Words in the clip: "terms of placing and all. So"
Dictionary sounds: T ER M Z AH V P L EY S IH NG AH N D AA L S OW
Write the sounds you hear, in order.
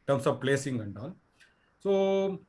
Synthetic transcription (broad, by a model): T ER M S AH V P L EY S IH NG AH N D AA N S OW